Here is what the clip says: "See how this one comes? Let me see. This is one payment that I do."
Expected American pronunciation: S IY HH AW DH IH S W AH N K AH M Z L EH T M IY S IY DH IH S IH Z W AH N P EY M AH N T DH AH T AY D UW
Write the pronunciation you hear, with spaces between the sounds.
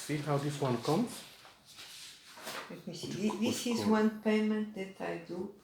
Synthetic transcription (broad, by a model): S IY HH AW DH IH S W AH N K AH M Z L EH T M IY S IY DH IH S IH Z W AH N P EY M AH N T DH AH T AY D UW